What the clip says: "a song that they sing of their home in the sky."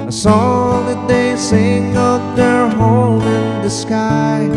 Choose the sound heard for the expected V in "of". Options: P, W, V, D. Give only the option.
P